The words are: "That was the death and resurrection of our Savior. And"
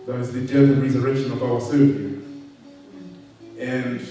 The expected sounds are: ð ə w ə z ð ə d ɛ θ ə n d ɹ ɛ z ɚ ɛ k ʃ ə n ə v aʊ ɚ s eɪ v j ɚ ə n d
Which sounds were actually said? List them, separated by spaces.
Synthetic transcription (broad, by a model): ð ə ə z ð ə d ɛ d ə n ɹ ɛ z ɚ ɛ k ʃ ə n ə v aʊ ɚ s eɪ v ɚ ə n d